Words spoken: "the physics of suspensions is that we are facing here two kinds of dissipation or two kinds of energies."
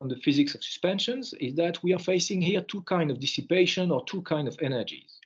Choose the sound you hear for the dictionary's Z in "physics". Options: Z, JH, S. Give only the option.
Z